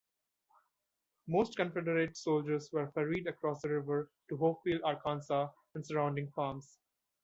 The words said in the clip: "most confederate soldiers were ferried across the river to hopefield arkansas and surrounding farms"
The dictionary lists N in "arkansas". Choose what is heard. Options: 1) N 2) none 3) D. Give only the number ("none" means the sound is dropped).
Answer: 1